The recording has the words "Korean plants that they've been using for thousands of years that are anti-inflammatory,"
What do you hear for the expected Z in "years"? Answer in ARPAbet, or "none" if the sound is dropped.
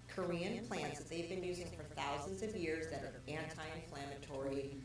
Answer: Z